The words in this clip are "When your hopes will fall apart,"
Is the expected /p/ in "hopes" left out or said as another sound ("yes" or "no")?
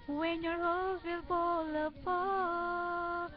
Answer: yes